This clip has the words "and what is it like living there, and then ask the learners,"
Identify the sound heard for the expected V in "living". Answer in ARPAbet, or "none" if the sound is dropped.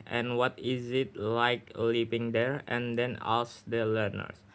P